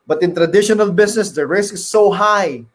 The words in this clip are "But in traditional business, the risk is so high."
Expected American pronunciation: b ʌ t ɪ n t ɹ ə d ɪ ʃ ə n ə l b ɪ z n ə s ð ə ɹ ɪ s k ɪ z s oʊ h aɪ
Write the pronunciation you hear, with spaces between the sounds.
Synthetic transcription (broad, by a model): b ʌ t ɪ n t ɹ ə d ɪ ʃ ə n ə l b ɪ s n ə s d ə ɹ ɪ s k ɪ s oʊ h aɪ